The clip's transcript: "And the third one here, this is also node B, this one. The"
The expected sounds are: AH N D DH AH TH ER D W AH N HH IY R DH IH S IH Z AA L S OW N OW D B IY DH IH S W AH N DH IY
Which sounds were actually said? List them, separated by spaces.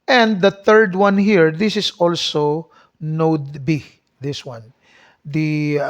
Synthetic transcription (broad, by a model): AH N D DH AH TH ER D W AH N HH IY R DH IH S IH S AA L S OW N OW D B IY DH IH S W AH N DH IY